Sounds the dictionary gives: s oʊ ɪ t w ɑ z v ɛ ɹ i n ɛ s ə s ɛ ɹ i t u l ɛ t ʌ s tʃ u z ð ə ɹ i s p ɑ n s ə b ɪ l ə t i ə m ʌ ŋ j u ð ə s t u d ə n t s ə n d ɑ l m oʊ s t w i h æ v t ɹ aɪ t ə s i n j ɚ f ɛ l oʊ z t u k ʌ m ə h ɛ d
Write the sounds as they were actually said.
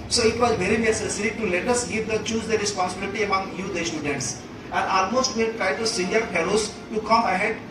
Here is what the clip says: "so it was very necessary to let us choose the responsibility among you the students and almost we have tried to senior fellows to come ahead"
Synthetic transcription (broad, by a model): s oʊ ɪ t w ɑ z v ɛ ɹ i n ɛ s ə s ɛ ɹ i t u l ɛ t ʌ s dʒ u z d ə ɹ i s p ɑ n s ə b ɪ l ə t i ə m ʌ ŋ j u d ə s t u d ə n t s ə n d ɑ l m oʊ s t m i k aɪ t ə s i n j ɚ p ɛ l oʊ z t u k ʌ m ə h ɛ d